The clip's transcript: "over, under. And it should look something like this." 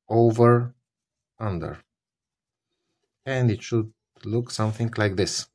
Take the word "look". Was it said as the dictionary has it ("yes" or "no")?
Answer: yes